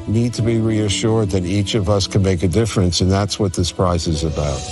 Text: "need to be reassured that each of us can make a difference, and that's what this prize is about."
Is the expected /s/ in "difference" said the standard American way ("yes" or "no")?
yes